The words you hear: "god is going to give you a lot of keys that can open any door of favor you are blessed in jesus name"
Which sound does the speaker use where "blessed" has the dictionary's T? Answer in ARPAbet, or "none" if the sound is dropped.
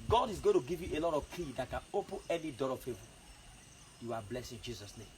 none